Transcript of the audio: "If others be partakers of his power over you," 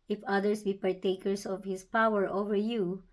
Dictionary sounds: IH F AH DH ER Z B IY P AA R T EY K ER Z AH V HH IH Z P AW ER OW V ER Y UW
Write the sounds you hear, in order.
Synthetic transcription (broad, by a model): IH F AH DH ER S B IY P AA R T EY K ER S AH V HH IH S P AW ER OW V ER Y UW